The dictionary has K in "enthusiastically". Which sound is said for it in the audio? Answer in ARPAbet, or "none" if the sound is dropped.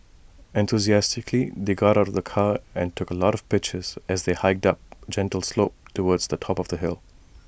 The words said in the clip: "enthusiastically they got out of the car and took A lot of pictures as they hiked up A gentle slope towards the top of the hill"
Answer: K